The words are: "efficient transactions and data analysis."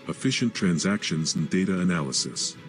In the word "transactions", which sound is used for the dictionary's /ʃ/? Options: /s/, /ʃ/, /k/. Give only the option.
/ʃ/